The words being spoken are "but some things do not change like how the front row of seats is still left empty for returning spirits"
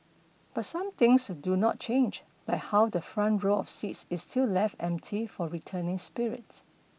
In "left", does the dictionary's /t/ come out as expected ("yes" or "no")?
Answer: yes